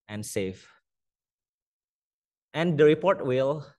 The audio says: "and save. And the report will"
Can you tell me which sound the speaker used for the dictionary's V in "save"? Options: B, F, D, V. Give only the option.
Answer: F